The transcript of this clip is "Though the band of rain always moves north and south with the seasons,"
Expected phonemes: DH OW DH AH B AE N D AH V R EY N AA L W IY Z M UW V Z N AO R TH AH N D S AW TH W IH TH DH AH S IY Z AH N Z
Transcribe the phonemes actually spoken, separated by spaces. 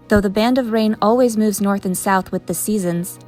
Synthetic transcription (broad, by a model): DH OW DH AH B AE N D AH V R EY N AA L W IY Z M UW V Z N AO R TH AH N S AW TH W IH DH AH S IY Z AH N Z